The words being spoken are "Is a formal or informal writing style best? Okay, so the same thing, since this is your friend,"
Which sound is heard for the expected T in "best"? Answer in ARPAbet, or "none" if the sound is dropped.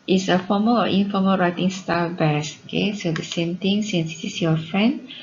none